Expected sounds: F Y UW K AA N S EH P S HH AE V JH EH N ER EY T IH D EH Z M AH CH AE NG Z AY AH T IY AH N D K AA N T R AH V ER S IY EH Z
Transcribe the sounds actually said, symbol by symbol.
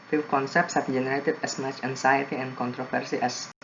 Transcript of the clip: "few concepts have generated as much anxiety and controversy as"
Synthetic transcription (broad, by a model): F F K AA N S EH P S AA B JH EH N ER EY T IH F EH S M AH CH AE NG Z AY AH T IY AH N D K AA N T R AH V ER S IY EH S